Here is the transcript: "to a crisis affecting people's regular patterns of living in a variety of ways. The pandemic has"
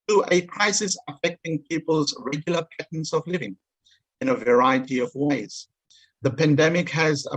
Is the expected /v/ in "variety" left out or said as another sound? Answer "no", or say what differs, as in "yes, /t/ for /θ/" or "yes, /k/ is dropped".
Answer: no